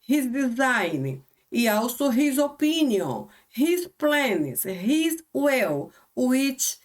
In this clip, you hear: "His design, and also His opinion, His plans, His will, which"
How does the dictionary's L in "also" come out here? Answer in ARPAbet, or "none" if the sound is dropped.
W